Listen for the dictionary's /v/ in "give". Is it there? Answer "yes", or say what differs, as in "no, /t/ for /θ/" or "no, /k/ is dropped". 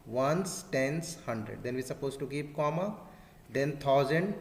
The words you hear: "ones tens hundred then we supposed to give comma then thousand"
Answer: no, /p/ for /v/